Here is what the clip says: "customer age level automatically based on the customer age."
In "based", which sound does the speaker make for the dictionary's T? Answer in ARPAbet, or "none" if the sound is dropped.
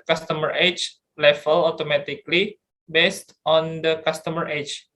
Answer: T